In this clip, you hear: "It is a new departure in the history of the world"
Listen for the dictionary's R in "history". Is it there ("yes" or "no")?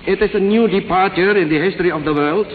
yes